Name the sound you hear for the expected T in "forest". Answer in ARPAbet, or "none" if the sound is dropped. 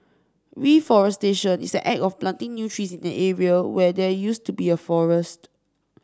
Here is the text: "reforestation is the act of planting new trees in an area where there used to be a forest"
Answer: T